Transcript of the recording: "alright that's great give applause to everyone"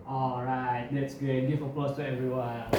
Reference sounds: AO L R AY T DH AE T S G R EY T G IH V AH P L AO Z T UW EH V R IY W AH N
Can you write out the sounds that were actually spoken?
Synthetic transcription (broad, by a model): AO L R AY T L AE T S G EY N G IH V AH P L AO S T UW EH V R IY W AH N